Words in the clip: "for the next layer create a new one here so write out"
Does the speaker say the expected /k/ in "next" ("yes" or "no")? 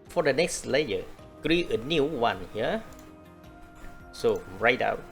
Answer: yes